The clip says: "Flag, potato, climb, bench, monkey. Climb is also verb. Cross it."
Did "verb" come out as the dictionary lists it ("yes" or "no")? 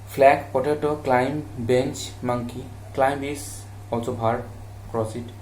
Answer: no